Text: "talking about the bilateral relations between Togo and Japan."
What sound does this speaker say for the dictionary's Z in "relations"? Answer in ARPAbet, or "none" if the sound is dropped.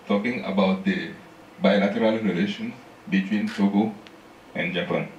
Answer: none